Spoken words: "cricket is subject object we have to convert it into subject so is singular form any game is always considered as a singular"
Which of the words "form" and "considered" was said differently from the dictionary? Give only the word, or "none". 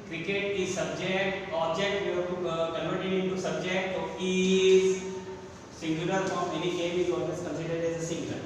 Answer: form